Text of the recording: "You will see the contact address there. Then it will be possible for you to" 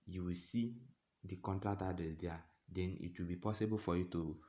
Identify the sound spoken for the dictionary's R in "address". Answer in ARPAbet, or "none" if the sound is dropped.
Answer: none